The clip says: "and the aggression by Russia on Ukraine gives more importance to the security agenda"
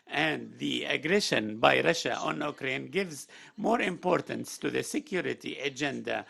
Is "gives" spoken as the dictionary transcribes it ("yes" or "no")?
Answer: yes